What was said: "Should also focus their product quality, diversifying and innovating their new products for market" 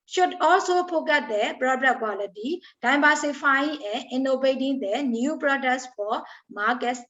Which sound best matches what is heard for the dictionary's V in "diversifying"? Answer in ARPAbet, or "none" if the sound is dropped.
B